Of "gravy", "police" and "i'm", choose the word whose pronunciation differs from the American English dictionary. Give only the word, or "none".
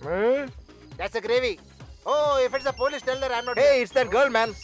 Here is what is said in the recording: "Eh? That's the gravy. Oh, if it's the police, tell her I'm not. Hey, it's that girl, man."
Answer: police